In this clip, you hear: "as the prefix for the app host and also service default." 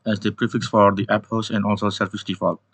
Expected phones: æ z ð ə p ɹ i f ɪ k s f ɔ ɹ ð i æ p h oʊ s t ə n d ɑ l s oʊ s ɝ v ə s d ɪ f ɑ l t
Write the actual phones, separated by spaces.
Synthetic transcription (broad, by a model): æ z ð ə p ɹ i f ɪ k s f ɔ ɹ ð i æ p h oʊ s ə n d ɑ l s oʊ s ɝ f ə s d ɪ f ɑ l